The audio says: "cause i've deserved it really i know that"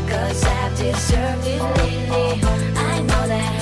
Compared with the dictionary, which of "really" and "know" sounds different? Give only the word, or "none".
really